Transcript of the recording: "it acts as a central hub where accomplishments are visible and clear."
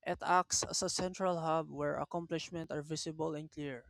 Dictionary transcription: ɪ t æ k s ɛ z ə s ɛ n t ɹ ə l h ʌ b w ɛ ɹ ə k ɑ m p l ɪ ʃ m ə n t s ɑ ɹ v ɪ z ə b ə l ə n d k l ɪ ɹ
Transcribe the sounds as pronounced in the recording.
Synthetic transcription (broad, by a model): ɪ t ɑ k s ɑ s ə s ɛ n t ɹ ə l h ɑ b w ɛ ɹ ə k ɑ m p l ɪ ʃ m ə n t ɑ ɹ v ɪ s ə b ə l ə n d k l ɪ ɹ